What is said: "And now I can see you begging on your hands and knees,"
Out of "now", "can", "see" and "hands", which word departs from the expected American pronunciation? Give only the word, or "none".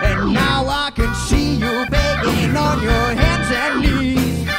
none